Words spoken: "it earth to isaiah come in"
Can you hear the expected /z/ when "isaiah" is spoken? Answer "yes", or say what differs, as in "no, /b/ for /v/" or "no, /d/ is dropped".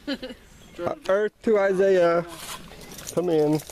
yes